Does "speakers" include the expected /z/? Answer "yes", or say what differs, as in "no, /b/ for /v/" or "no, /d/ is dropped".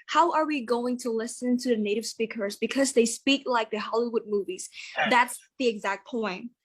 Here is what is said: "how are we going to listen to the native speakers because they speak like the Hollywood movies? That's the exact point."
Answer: yes